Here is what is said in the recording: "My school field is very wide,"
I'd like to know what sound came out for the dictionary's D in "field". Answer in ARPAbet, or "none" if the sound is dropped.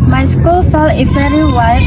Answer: none